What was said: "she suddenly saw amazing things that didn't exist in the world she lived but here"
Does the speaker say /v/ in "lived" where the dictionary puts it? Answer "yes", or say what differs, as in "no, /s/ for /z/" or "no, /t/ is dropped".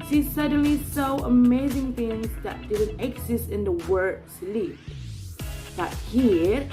no, /v/ is dropped